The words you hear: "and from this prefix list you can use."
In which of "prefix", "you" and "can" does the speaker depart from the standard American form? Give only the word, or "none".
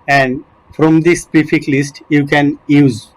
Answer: prefix